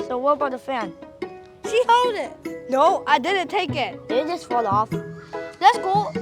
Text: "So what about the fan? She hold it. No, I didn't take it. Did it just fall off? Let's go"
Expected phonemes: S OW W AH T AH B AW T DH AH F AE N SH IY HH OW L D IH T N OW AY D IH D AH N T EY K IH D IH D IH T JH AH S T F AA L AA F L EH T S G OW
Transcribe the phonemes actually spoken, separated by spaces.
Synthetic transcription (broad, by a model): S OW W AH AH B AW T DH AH F AE N SH IY HH OW L D IH T N OW AY D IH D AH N T EY IH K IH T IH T JH AH S T F AA L AA F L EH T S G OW